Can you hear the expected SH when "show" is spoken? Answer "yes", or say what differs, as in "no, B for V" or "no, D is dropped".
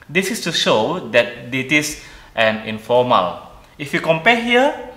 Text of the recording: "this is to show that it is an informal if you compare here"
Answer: yes